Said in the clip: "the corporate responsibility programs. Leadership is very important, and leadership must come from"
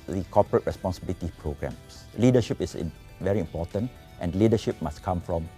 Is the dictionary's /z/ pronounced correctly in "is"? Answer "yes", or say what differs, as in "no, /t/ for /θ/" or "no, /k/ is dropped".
no, /s/ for /z/